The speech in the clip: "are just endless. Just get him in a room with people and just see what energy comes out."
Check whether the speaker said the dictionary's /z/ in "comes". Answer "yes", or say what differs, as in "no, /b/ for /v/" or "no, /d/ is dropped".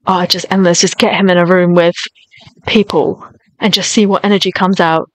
yes